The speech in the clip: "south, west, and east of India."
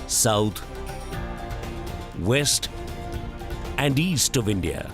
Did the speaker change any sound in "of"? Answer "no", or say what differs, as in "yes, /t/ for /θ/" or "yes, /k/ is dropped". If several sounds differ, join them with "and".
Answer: no